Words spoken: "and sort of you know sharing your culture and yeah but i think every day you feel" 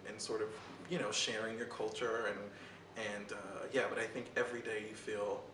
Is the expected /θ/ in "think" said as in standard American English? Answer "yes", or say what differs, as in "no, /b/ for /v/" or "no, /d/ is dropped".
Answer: yes